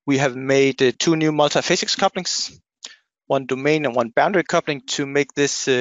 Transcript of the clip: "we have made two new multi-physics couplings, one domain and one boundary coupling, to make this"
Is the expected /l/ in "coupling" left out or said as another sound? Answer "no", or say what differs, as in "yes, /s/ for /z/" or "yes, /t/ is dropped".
no